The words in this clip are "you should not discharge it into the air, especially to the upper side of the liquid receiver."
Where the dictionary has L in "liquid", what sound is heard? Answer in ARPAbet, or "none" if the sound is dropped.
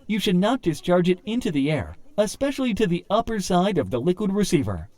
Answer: L